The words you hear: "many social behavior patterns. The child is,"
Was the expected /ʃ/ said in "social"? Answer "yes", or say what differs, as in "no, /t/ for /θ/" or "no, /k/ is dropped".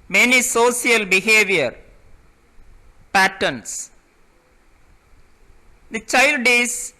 no, /s/ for /ʃ/